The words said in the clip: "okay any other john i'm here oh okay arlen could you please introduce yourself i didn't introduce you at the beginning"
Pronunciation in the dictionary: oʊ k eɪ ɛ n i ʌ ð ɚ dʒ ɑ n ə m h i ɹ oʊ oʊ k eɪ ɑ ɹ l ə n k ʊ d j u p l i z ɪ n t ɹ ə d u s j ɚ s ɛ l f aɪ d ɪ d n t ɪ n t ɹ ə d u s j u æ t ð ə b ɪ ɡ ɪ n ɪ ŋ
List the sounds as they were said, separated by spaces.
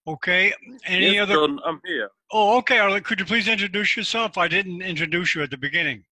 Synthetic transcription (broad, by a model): oʊ k eɪ ɛ n i ʌ ð ɚ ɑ ə m h i ɹ oʊ oʊ k eɪ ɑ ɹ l k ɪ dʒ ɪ p l i z ɪ n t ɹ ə d u s j ɚ s ɛ l f aɪ d ɪ d n t ɪ n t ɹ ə d u s j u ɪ t ð ə b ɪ ɡ ɪ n ɪ ŋ